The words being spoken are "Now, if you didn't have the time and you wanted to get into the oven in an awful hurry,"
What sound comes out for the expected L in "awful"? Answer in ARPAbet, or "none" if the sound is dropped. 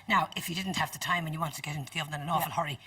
N